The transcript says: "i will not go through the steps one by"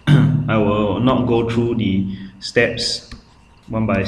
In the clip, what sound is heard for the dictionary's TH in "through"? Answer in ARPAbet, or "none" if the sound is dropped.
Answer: T